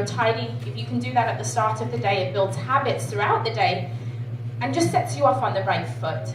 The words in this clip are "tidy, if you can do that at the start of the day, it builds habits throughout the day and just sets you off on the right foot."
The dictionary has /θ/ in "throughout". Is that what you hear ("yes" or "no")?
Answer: yes